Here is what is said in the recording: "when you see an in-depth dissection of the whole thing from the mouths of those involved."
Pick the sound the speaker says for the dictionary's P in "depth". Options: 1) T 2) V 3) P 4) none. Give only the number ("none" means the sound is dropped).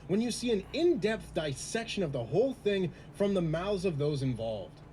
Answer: 3